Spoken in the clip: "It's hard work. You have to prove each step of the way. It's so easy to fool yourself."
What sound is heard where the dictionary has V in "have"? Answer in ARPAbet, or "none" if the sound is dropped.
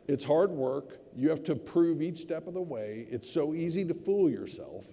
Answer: F